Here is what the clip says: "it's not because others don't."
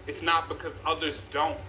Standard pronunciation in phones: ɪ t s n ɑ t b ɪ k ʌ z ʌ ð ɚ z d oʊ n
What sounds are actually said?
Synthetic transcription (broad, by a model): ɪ t s n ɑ t b ɪ k ʌ z ʌ ð ɚ z d oʊ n